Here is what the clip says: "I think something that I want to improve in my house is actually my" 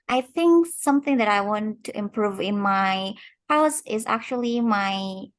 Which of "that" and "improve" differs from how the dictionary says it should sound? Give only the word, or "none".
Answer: none